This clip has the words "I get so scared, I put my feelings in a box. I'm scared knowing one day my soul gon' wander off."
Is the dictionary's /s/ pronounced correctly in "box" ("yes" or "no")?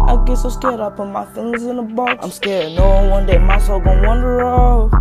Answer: no